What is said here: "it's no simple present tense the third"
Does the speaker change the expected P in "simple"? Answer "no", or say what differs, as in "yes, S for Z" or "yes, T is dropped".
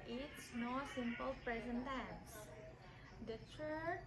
no